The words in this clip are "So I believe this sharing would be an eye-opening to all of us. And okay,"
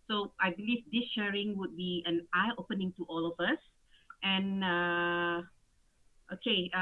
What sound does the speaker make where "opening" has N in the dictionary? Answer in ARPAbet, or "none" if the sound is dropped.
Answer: N